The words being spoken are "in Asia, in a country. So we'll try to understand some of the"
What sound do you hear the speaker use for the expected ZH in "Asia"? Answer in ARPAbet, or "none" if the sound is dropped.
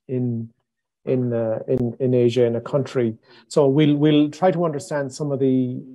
ZH